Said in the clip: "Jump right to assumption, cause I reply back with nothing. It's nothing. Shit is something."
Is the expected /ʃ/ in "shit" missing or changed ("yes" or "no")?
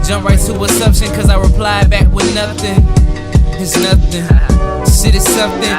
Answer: yes